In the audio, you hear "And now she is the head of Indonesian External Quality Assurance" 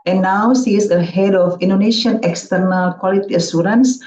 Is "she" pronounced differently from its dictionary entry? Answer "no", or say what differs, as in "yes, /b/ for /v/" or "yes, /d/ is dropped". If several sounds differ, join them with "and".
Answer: yes, /s/ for /ʃ/